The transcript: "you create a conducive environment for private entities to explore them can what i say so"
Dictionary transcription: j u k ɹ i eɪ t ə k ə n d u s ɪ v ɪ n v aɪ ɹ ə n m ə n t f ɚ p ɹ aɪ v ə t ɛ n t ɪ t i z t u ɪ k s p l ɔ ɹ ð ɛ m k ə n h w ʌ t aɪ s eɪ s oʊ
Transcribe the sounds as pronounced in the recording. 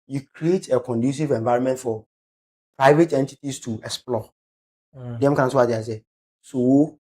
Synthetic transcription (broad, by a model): j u k ɹ i eɪ t ə k ə n d u s ɪ v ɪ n v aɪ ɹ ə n m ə n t f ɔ p ɹ aɪ v ə t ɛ n t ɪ t i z t u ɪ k s p l ɔ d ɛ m k ə n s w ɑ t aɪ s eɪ s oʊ